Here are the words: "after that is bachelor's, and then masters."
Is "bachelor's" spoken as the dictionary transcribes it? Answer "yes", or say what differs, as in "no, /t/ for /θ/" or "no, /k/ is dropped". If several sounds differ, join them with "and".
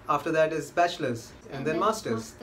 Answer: no, /ʃ/ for /tʃ/